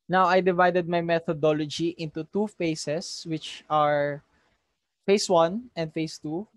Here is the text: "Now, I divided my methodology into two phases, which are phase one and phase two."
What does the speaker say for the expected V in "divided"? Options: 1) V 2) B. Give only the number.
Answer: 1